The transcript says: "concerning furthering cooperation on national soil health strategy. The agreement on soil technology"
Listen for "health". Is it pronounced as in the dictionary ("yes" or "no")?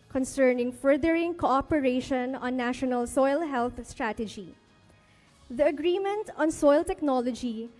no